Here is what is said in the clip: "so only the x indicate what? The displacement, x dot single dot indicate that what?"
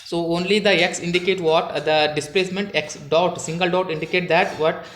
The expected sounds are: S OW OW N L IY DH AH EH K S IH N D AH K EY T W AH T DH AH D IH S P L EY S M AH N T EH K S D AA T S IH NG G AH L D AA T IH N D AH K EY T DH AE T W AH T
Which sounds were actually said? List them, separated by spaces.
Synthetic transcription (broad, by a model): S OW OW N L IY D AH EH K S IH N D AH K EY T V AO T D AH D IH S P L EY S M AH N T EH K S D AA T S IH NG G AH L D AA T IH N D AH K EY T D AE T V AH T